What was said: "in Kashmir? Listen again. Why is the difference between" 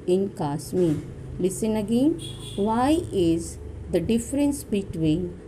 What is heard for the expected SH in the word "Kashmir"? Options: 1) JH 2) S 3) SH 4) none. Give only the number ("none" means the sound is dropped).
2